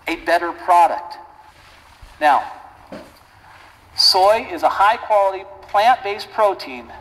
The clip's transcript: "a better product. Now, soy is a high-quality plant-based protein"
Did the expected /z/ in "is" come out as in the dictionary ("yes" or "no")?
yes